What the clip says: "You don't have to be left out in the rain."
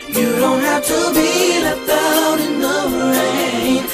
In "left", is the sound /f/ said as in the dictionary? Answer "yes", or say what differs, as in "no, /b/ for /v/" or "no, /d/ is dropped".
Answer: no, /f/ is dropped